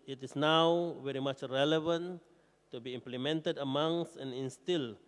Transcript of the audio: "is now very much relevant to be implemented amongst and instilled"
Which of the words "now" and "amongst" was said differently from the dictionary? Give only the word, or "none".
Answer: amongst